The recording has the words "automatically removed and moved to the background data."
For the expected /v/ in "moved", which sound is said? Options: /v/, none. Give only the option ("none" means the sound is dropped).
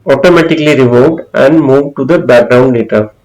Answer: /v/